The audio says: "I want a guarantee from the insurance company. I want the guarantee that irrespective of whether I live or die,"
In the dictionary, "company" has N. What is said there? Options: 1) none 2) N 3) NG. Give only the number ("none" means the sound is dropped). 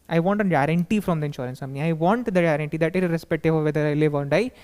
1